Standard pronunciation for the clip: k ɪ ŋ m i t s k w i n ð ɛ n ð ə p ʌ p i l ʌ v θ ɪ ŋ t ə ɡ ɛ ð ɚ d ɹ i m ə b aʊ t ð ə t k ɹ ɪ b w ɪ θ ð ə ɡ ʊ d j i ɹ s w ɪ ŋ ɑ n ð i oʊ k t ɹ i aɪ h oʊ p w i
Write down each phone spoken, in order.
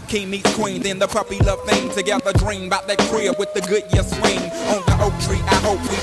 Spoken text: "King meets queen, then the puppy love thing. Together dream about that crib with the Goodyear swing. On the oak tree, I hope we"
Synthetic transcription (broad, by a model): k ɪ m i t s k w i n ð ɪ n ð ə p ʌ p i l ʌ v θ ɪ ŋ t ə ɡ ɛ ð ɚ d ɹ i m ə b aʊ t ð ə t k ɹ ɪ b w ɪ ð ə ɡ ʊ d j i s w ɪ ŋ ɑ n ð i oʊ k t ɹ i aɪ h oʊ p w i